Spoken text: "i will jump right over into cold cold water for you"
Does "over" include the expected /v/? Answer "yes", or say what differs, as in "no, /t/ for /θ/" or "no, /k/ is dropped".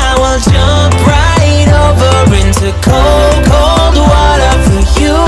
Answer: yes